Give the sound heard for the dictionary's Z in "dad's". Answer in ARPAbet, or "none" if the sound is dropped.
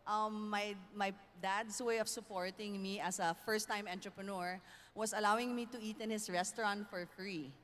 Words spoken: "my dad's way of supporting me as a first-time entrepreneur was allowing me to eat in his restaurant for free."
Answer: S